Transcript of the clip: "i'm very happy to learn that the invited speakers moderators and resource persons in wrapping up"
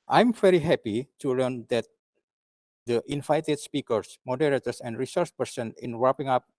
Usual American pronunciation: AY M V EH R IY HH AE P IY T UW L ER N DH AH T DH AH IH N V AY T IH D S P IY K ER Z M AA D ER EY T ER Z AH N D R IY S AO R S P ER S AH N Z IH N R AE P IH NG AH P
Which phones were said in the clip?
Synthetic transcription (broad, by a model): AY M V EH R IY HH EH P IY T UW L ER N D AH T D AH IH N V AY T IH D S P IY K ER S M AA D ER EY T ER S AH N D R IY S AO R S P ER S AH N IH N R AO P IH NG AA P